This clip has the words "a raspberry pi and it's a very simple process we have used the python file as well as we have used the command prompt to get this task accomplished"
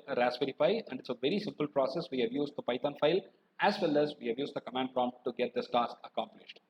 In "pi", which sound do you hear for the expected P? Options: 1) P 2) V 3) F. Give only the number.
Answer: 3